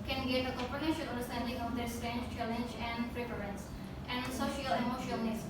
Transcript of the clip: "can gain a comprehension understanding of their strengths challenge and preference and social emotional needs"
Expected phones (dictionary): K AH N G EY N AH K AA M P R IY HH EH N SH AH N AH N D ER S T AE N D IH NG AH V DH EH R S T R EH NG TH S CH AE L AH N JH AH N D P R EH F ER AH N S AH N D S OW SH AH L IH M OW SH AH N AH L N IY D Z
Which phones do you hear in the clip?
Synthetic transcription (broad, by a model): K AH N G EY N AH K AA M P IY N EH SH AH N AH N D ER S T AE N D IH NG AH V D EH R S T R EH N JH CH AE L AH N JH AH N D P R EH P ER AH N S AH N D S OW SH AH L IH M OW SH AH AH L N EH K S